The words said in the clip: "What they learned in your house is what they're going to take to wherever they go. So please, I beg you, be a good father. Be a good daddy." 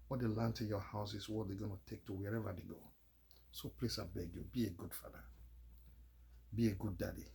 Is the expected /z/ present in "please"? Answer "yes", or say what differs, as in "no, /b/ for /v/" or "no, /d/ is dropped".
no, /s/ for /z/